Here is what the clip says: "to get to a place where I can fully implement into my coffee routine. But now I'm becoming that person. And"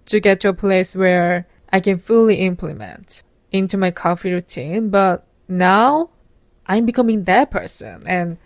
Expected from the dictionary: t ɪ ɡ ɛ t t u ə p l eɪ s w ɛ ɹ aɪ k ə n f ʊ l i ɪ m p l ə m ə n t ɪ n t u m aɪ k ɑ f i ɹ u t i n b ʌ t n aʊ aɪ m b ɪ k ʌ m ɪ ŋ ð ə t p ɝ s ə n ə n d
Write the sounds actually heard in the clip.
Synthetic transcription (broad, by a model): t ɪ ɡ ɛ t t u ə p l eɪ s w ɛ ɹ aɪ k ə n f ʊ l i ɪ m p l ə m ə n t ɪ n t u m aɪ k ɑ f i ɹ u t i n b ʌ t n aʊ aɪ m b ɪ k ʌ m ɪ ŋ ð ə t p ɝ s ə n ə n